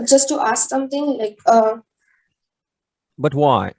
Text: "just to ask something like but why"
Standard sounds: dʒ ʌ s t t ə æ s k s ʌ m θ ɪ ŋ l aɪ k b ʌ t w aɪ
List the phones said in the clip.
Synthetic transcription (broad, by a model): dʒ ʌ s t t ə s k s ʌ m t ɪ ŋ l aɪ k b ʌ t w aɪ